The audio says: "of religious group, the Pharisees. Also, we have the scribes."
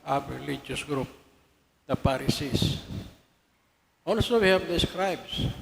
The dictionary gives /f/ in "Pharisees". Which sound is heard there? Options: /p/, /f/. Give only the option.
/p/